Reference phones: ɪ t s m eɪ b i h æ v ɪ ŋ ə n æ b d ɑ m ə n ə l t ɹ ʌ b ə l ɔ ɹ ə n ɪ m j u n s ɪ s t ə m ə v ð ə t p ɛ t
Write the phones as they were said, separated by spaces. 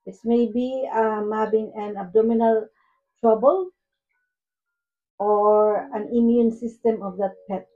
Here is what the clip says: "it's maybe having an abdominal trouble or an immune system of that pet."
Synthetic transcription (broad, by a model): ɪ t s m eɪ b i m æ b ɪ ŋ ə n æ b d ɑ m ə n ə l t ɹ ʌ b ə l ɔ ɹ ə n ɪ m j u n s ɪ s t ə m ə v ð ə t p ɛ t